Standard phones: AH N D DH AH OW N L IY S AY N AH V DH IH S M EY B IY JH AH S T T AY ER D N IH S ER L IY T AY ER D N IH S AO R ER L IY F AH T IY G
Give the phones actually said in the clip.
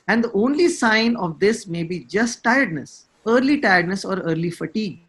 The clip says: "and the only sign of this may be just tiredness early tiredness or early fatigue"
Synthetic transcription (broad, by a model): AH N D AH OW N L IY S AY N AH V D IH S M EY B IY JH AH S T T AY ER D N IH S ER L IY T AY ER D N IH S AO R ER L IY F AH T IY G